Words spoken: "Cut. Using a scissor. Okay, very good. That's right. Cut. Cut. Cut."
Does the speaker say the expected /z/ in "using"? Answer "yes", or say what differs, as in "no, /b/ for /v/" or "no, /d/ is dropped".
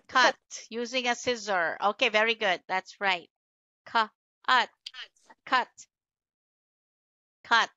yes